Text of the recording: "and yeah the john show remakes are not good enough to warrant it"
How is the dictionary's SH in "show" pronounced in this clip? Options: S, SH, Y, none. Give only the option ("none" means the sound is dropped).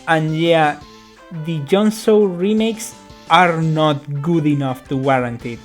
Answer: S